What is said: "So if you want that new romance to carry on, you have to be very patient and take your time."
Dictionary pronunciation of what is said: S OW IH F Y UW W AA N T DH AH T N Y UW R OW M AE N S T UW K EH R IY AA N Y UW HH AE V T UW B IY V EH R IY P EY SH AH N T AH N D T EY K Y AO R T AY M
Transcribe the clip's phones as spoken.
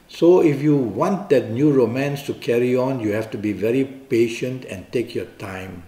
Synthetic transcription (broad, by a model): S OW IH F Y UW W AA N T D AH T N Y UW R OW M AE N S T UW K EH R IY AA N Y UW HH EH F T UW B IY V EH R IY P EY SH AH N T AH N T EY K Y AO T AY M